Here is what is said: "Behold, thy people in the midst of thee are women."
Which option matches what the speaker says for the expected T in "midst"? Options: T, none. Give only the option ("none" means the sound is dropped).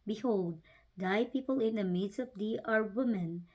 none